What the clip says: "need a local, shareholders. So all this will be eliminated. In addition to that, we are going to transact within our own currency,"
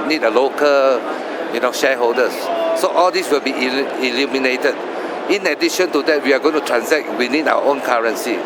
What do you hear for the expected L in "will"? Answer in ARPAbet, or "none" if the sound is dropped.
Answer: L